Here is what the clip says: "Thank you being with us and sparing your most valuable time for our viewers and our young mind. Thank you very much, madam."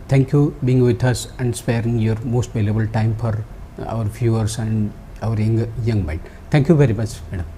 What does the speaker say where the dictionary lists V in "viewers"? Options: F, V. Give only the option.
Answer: F